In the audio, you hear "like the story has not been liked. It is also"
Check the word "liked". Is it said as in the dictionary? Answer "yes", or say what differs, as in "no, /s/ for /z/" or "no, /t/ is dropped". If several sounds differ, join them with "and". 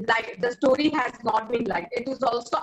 no, /t/ is dropped